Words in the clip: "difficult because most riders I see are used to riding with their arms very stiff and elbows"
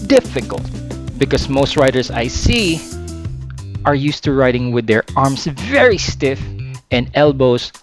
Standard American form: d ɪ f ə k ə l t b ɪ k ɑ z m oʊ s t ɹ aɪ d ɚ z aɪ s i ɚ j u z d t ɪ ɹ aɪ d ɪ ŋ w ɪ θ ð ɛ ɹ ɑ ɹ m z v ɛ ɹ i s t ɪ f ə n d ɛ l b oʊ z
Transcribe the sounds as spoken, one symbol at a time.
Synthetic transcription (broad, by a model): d ɪ f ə k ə l t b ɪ k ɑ s m oʊ s t ɹ aɪ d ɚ s aɪ s i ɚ j u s t ɪ ɹ aɪ d ɪ ŋ w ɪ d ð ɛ ɹ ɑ ɹ m s v ɛ ɹ i s t ɪ f ə n d ɛ l b oʊ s